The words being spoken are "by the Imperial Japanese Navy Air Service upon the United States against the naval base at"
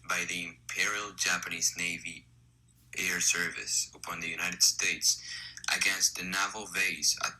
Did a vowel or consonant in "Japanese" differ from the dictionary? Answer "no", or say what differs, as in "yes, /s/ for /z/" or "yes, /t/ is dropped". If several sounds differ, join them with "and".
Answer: no